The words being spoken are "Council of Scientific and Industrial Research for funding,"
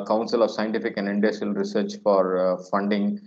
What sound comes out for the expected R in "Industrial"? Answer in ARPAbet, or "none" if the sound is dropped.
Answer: none